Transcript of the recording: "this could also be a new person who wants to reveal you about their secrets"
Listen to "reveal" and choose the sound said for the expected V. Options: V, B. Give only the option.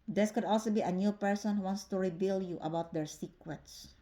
B